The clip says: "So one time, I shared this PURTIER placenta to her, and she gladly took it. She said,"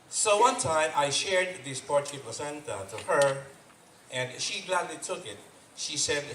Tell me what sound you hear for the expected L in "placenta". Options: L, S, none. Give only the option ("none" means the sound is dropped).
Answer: none